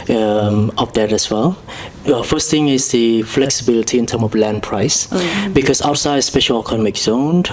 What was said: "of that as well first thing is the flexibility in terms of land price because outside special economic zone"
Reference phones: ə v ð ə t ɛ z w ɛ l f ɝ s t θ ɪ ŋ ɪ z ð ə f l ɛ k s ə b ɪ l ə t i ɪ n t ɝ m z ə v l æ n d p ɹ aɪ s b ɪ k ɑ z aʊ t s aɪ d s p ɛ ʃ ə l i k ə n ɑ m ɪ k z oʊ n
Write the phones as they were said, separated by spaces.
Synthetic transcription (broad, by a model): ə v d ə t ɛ s w ɛ l f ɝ s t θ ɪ ŋ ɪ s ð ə f l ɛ k s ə b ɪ l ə t i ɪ n t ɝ m ə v l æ n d p ɹ aɪ s b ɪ k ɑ s aʊ t s aɪ d s p ɛ ʃ ə l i k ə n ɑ m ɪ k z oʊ n